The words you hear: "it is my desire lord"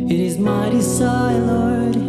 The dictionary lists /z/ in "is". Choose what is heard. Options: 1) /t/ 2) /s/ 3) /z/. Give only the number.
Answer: 3